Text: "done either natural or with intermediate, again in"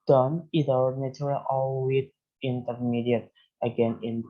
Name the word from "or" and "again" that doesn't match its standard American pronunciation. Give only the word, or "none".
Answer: or